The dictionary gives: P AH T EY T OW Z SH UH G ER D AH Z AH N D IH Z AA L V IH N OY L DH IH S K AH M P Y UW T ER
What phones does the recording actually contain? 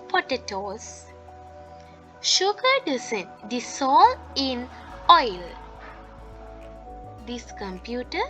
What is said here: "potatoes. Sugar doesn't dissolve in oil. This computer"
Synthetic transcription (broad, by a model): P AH T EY T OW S SH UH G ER D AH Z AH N D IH S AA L IH N OY L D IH S K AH M P Y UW T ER